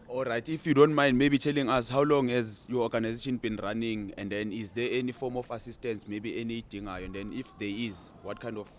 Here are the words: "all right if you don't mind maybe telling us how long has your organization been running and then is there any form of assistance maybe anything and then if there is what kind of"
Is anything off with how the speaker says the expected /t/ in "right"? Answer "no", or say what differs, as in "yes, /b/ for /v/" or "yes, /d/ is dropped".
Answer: no